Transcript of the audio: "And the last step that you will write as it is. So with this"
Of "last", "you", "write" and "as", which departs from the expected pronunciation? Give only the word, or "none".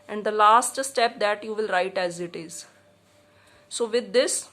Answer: none